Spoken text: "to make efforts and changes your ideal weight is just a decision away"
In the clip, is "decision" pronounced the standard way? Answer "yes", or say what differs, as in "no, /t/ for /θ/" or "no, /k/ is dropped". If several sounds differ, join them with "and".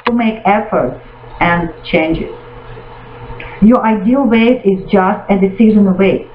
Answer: no, /z/ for /ʒ/